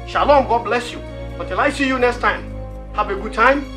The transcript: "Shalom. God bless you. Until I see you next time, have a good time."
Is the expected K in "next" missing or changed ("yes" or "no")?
no